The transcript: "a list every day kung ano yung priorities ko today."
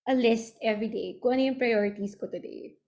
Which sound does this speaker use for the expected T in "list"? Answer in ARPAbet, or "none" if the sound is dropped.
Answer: T